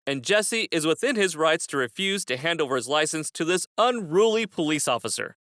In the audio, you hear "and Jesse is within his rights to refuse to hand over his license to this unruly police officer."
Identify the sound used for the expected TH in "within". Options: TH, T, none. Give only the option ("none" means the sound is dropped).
TH